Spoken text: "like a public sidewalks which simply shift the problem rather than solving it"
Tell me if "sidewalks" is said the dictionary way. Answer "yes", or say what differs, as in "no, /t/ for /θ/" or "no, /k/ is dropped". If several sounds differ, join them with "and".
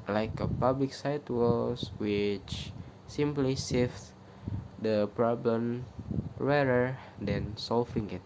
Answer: no, /k/ is dropped